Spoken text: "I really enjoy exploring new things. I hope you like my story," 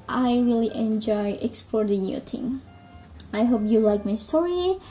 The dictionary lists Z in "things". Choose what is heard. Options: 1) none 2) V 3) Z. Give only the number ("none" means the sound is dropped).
1